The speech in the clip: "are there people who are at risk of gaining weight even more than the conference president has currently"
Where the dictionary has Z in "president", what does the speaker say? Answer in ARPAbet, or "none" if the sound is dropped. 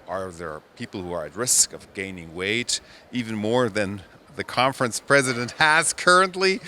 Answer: Z